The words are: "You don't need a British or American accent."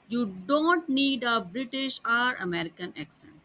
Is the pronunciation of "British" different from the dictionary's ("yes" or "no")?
no